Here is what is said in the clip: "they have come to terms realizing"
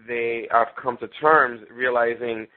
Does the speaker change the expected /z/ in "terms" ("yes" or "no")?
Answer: no